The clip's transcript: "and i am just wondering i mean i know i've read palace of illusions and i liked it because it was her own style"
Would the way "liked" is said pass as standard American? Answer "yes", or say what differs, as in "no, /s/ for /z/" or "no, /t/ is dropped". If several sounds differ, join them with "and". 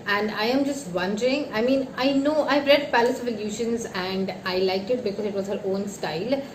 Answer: no, /t/ is dropped